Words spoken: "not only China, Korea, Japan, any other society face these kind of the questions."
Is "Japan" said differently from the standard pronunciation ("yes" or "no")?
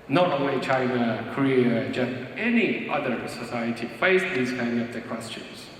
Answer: yes